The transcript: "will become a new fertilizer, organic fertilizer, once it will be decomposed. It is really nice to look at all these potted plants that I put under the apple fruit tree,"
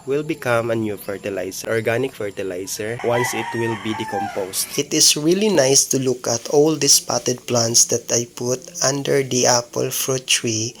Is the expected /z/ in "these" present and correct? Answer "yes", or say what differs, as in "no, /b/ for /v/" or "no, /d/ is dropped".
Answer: no, /s/ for /z/